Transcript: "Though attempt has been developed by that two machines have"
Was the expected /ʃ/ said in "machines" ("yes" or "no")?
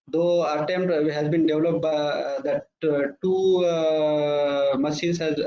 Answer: no